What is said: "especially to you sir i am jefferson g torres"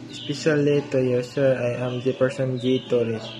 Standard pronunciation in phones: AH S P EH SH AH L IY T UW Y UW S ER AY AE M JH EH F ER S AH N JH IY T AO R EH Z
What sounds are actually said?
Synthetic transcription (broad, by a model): S P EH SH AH L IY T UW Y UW S ER AY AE M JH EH P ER S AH N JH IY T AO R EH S